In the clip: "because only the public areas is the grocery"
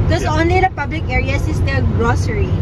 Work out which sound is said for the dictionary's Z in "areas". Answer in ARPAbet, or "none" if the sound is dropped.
S